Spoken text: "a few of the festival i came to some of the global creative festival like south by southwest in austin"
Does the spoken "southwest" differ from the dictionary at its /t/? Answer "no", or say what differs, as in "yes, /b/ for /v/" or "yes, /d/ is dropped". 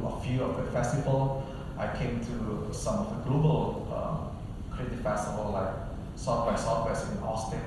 yes, /t/ is dropped